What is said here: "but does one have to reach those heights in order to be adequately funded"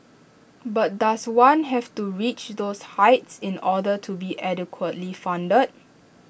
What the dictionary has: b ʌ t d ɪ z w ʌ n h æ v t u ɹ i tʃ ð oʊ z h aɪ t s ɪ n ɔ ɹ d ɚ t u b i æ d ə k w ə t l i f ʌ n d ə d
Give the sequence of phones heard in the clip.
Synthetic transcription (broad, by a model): b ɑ t d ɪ s w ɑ n h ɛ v t u ɹ i tʃ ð oʊ s h aɪ t s ɪ n ɔ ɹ d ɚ t u b i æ d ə k w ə t l i f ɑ n d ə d